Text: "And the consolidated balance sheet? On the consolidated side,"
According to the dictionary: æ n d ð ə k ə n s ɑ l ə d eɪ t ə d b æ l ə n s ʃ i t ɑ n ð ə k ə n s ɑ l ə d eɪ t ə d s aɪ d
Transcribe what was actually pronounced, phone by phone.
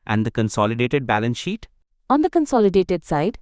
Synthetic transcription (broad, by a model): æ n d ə k ə n s ɑ l ə d eɪ t ə d b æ l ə n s ʃ i t ɑ n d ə k ə n s ɑ l ə d eɪ t ə d s aɪ d